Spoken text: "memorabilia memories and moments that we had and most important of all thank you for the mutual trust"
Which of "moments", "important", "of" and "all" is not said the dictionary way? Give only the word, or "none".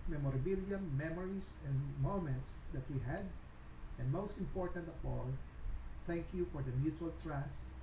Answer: of